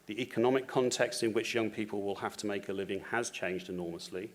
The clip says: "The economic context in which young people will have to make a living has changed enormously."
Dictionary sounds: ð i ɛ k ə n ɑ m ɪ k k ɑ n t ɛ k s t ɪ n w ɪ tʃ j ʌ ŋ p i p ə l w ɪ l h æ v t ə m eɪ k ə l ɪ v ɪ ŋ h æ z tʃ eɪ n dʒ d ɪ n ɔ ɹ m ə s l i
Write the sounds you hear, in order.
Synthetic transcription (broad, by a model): ð i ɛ k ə n ɑ m ɪ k k ɑ n t ɛ k s t ɪ n w ɪ tʃ j ʌ ŋ p i p ə l w ɪ l h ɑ f t ə m eɪ k ə l ɪ v ɪ ŋ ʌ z tʃ eɪ n dʒ d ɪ n ɔ m ə s l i